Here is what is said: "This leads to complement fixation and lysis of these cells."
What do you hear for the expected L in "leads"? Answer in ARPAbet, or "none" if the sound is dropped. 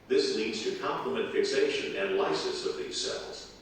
N